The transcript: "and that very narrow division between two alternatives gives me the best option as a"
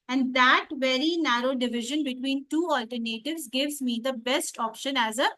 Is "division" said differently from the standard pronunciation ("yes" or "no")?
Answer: no